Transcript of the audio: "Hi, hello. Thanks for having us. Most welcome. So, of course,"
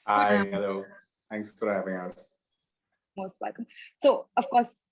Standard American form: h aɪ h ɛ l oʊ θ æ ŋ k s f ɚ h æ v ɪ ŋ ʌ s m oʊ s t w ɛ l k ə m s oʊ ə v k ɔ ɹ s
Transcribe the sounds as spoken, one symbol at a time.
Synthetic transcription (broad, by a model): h aɪ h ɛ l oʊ θ æ ŋ k s f ɚ h æ v ɪ ŋ ʌ s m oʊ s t w ɛ l k ə m s oʊ ə v k ɔ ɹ s